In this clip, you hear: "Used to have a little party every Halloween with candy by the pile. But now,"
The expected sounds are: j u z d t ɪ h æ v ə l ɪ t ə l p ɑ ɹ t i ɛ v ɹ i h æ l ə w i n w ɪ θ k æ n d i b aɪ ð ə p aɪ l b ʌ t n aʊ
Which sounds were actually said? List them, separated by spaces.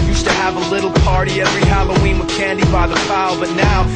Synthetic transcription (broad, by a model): j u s t ɪ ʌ v ə l ɪ t l p ɑ ɹ t i ɛ v ɹ i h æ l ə w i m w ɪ k æ n d i b aɪ ð ə f aɪ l b ʌ t n aʊ